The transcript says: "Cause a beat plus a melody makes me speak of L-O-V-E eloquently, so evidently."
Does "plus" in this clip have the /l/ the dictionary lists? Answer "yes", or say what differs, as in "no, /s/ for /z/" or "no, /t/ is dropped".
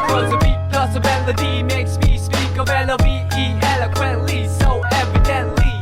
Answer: no, /l/ is dropped